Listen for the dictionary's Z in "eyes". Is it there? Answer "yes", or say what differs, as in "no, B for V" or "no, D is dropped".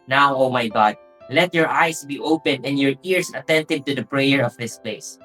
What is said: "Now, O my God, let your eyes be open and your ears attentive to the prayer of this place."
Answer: no, S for Z